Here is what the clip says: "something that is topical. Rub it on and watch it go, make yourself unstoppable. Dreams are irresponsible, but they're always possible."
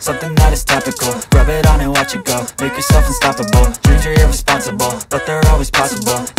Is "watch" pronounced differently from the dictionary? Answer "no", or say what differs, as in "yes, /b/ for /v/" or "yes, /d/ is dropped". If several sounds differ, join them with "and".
no